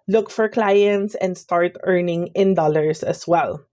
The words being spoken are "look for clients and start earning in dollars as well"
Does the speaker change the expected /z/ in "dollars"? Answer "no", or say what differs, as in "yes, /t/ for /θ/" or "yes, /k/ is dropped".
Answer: yes, /s/ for /z/